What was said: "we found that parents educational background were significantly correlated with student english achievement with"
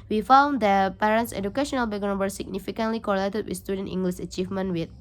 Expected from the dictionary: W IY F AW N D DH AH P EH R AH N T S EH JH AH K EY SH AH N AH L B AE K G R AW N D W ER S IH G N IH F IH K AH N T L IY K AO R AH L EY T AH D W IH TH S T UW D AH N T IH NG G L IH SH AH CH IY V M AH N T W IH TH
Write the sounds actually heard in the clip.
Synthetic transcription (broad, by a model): W IY F AW N D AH P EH R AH N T S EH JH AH K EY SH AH N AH L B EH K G AW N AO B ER S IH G N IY F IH K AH N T L IY K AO R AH L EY T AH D W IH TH S T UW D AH N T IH NG G L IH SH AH CH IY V M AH N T W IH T